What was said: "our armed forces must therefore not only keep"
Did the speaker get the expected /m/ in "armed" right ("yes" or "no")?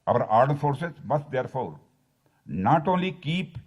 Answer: no